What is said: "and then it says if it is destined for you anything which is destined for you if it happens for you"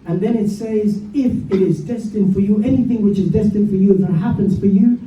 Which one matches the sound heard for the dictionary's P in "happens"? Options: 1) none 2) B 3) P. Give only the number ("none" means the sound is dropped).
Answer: 3